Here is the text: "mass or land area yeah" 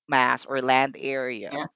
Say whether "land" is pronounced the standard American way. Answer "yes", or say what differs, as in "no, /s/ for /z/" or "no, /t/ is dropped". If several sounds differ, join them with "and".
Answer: yes